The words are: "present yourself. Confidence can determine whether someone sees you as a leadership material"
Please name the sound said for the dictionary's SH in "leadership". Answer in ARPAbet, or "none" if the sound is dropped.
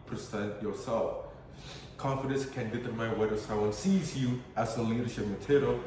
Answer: SH